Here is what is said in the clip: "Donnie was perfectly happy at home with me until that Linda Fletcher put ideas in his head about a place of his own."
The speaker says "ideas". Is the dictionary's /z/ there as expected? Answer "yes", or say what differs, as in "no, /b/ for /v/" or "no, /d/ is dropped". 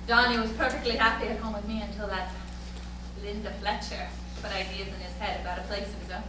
yes